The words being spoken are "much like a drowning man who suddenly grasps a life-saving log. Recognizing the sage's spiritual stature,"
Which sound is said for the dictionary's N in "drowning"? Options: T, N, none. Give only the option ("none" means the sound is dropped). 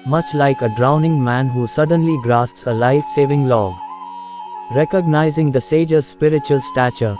N